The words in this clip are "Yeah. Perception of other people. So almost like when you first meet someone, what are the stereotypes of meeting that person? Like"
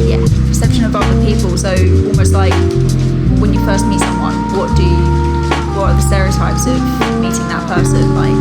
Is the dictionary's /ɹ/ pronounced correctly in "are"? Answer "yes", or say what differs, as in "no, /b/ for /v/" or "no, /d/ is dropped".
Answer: no, /w/ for /ɹ/